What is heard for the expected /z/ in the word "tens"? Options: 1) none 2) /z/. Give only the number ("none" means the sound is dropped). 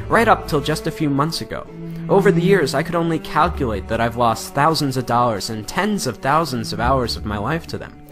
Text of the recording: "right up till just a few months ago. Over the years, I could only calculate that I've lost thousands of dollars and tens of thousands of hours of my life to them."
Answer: 2